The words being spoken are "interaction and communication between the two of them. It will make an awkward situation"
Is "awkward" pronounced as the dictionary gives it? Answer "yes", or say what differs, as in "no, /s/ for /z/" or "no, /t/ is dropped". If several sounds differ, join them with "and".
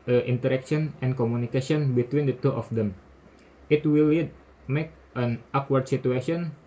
yes